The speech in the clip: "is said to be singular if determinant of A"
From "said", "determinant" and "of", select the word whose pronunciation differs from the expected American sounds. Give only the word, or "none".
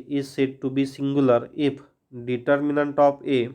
of